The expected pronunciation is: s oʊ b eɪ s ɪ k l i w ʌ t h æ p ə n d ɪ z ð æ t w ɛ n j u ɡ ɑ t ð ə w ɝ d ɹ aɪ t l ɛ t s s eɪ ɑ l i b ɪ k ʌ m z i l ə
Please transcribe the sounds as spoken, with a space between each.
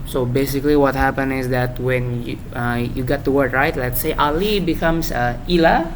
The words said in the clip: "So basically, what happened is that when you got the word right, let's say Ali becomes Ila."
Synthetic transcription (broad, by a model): s oʊ b eɪ s ɪ k l i w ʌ t h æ p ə n ɪ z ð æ t w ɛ n j u ɡ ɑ t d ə w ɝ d ɹ aɪ t l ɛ t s s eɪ ɑ l i b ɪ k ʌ m s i l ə